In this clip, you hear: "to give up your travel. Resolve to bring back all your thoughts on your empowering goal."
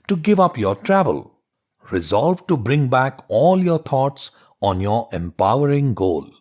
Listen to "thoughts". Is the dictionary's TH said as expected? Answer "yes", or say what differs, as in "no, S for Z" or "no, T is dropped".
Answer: no, T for TH